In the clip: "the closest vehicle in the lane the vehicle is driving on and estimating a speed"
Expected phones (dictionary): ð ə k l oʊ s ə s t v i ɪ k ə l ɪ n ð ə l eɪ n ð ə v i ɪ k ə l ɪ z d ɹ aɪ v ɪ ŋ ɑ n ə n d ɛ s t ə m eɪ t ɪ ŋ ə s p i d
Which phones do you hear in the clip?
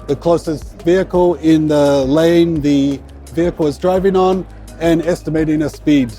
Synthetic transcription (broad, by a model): ð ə k l oʊ s ə s t v i ɪ k ə l ɪ n ð ə l eɪ n ð ə v i ɪ k ə l ɪ z d ɹ aɪ v ɪ ŋ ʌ n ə n ɛ s t ə m eɪ t ɪ ŋ ə s p i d